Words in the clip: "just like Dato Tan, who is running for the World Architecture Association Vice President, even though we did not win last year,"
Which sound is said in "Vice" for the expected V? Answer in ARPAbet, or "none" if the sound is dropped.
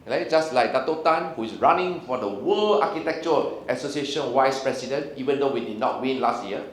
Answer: W